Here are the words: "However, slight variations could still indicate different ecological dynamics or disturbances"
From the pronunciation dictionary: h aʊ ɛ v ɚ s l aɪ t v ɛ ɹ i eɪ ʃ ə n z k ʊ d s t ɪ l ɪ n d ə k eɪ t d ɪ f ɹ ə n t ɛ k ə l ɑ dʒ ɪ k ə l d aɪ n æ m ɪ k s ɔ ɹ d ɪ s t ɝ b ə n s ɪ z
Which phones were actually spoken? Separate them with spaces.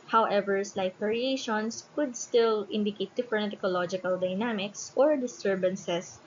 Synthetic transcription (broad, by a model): h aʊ ɛ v ɚ s l aɪ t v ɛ ɹ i eɪ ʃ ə n s k ʊ d s t ɪ l ɪ n d ə k eɪ t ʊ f ə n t ɛ k ə l ɑ dʒ ɪ k ə l d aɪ n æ m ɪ k s ɔ ɹ d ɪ s t ɝ b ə n s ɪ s